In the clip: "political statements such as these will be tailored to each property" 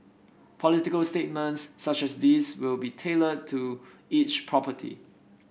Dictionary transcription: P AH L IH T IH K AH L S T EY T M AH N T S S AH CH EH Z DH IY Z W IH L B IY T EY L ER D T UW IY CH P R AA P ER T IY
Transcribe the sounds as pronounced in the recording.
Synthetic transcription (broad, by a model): P AH L IH T IH K AH L S T EY T M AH N T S S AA CH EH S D IY S W IH L B IY T EY L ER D T UW IY CH P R AA P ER T IY